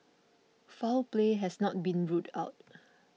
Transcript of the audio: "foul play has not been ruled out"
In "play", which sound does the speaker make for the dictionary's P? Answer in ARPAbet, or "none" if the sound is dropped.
P